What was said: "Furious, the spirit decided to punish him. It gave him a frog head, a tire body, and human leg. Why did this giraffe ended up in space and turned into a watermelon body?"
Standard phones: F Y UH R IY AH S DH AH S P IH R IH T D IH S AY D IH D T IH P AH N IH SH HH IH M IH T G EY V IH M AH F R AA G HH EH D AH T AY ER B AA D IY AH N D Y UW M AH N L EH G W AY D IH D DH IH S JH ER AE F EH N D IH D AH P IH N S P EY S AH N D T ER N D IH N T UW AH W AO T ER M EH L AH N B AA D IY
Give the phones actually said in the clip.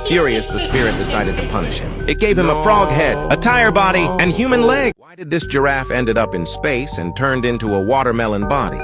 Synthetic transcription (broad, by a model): F Y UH R IY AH S DH AH S P IH R IH T D IH S AY D IH D T IH P AH N IH SH HH IH M IH T G EY V IH M AH F R AA G HH EH D AH T AY ER B AA D IY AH N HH Y UW M AH N L EH G W AY D IH D DH IH S JH ER AE F EH N D IH D AH P IH N S P EY S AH N T ER N D IH N T UW AH W AO T ER M EH L AH N B AA D IY